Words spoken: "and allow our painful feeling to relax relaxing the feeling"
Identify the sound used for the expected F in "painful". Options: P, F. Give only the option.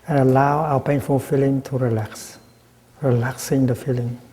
F